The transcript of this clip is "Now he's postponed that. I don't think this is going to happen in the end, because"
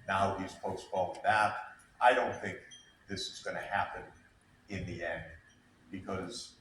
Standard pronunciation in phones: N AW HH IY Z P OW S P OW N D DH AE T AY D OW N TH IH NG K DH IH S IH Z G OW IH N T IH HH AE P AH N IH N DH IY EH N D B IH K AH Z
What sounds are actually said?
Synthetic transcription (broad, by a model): N AW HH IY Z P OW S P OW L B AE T AY D OW N TH IH NG K DH IH S IH Z G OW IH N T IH HH AE P AH N IH N DH IY EH N D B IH K AH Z